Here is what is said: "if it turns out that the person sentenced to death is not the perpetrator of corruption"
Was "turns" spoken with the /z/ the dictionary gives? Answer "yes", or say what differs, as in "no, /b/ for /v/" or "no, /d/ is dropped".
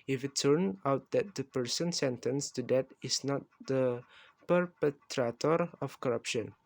no, /z/ is dropped